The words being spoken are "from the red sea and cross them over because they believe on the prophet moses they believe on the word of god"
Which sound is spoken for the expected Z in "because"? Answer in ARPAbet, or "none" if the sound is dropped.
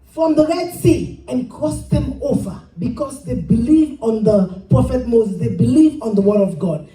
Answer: S